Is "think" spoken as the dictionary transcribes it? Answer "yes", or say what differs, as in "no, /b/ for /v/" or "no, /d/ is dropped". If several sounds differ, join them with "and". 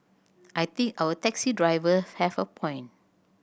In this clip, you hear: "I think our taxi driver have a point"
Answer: no, /t/ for /θ/